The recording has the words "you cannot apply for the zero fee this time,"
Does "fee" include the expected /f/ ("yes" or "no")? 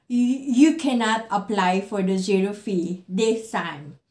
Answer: yes